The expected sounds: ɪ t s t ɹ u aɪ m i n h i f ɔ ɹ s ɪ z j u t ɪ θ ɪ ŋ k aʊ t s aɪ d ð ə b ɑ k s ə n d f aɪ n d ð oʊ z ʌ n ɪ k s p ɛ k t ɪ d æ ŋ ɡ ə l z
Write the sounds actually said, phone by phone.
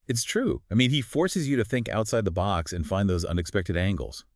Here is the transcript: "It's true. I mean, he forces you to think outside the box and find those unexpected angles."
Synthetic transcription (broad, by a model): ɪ t s t ɹ u aɪ m i n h i f ɔ ɹ s ɪ z j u t ɪ θ ɪ ŋ k aʊ t s aɪ d ð ə b ɑ k s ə n f aɪ n ð oʊ z ʌ n ɪ k s p ɛ k t ɪ d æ ŋ ɡ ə l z